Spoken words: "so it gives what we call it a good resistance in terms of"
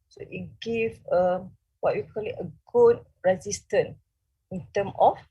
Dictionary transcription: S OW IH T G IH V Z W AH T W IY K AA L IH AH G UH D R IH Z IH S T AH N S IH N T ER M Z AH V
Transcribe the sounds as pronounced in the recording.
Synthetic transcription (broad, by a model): S OW IH T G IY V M W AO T W IY K AA L IH AH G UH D R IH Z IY S T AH N IH N T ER M AH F